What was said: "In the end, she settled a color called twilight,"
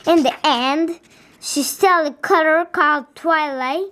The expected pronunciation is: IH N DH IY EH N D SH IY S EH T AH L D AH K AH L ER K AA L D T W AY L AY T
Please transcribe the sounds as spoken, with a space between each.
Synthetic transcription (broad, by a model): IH N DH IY EH N D SH IY S T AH L AH K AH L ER K AA L D T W AY L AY